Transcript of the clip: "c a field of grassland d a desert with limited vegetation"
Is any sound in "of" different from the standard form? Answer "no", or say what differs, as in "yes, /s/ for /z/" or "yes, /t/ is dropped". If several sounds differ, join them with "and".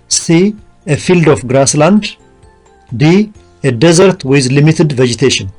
yes, /f/ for /v/